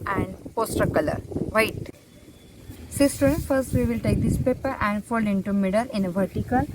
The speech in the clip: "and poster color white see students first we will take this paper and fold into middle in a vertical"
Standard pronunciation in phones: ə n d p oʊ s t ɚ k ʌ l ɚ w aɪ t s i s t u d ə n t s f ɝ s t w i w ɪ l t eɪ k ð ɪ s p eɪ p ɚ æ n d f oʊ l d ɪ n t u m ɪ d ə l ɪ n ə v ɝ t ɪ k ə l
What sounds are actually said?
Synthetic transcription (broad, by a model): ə n d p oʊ s t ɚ k ʌ l ɚ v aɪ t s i s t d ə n f ɝ s t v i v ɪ l t eɪ k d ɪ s p eɪ p ɚ æ n d f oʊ l ɪ n t u m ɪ d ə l ɪ n ə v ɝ t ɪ k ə l